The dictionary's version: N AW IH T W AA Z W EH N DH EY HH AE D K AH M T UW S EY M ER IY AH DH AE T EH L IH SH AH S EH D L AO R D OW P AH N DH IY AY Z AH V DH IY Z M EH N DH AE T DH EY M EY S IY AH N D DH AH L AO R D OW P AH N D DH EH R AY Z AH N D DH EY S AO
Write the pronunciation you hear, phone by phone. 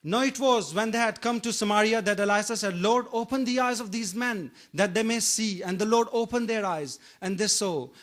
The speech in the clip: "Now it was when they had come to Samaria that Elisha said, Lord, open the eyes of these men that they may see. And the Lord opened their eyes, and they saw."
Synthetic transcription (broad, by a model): N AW IH T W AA Z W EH N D EY HH AE D K AH M T UW S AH M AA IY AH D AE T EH L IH S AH S EH D L AO R D OW P AH N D IY AY Z AH V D IY Z M EH N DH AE T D EY M EY S IY AH N D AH L AO R D OW P AH N D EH R AY Z AH N D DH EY S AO